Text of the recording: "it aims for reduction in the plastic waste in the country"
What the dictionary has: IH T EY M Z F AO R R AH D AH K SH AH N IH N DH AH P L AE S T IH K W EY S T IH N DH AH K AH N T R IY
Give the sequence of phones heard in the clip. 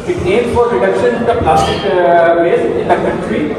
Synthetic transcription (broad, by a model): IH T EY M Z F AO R R AH D AH K SH AH N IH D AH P L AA S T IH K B EY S IH N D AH K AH N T R IY